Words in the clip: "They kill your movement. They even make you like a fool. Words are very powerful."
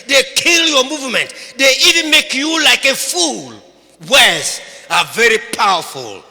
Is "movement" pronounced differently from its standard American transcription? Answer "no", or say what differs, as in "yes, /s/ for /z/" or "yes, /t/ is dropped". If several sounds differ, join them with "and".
no